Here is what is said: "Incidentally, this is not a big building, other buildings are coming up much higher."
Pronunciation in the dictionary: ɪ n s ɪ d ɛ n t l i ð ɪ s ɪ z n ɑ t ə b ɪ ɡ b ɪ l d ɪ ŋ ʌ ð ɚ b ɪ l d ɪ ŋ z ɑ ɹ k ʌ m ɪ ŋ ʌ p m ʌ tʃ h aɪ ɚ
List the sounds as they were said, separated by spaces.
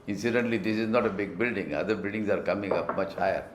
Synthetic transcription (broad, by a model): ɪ n s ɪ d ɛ n t l i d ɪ s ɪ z n ɑ t ə b ɪ ɡ b ɪ l d ɪ ŋ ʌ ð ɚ b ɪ l d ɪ ŋ s ɑ ɹ k ʌ m ɪ ŋ ʌ p m ʌ tʃ h aɪ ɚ